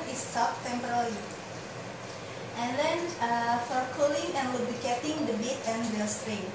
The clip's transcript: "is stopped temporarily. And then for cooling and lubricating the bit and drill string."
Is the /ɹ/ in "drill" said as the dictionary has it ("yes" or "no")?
no